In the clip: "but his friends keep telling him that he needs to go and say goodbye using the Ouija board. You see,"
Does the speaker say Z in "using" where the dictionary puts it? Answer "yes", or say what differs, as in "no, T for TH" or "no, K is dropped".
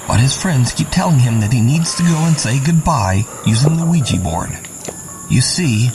yes